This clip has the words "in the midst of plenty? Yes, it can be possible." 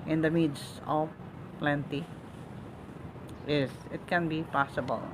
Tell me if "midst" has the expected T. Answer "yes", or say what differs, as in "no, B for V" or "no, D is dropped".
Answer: no, T is dropped